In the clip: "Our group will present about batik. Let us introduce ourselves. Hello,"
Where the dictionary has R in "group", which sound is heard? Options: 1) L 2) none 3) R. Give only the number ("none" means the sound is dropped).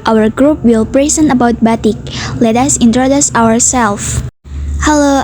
3